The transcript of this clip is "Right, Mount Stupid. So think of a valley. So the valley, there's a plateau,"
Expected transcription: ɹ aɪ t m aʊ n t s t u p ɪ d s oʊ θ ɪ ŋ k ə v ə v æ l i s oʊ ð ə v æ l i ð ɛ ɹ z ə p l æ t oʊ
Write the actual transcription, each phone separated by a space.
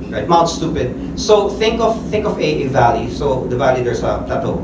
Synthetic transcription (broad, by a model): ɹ aɪ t m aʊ l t s t u p ɪ d s oʊ θ ɪ ŋ k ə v ə v æ l i s oʊ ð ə v æ l i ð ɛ ɹ s ə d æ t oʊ